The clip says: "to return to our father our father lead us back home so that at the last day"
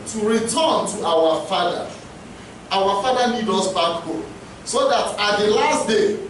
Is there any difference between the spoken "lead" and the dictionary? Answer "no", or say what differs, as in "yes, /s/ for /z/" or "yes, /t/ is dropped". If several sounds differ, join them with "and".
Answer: yes, /n/ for /l/